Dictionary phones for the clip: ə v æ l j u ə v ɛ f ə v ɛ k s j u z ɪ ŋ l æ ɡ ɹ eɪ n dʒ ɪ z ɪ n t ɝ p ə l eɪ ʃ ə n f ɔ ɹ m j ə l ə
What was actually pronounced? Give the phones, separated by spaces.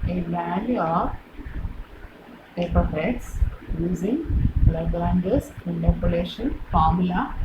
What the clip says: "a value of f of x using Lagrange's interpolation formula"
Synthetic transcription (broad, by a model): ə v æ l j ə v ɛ p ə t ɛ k s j u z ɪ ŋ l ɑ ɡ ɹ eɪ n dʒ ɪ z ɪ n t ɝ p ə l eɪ ʃ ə n f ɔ ɹ m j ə l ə